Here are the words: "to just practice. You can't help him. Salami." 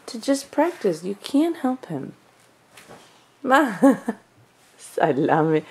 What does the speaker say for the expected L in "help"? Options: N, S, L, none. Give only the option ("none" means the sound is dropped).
L